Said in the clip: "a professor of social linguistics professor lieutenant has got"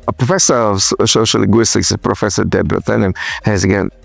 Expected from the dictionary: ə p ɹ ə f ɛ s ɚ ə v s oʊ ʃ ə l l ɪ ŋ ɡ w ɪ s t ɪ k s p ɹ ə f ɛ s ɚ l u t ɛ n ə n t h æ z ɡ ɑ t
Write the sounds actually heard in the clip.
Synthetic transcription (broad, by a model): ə p ɹ ə f ɛ s ɚ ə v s oʊ ə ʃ l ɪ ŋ ɡ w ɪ s t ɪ k s p ɹ ə f ɛ s ɚ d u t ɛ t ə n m h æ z ɡ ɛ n